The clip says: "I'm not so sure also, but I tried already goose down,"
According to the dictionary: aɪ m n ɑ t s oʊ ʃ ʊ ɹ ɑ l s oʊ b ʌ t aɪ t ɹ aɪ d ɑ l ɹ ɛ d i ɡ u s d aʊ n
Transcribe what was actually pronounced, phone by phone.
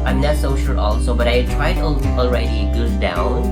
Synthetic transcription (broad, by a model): aɪ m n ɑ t s oʊ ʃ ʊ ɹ ɑ l s oʊ b ʌ t aɪ t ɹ aɪ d ɑ l ɹ ɛ d i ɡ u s d aʊ n